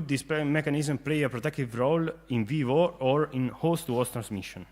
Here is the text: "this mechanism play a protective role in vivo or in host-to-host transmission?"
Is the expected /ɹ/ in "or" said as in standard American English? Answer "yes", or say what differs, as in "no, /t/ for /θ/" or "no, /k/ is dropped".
yes